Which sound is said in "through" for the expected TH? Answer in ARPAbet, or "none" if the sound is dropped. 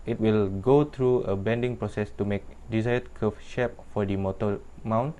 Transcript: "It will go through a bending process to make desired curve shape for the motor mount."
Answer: T